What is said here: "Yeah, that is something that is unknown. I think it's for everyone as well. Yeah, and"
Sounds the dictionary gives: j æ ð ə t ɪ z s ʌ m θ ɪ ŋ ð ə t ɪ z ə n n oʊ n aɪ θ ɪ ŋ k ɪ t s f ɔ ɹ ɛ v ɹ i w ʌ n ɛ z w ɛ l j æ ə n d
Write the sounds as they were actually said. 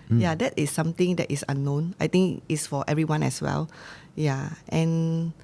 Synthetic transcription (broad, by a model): j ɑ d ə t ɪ s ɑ m t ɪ ŋ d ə t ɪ s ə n n oʊ n aɪ t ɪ ŋ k ɪ t s f ɔ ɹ ɛ v ɹ i w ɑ n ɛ s w ɛ l j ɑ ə n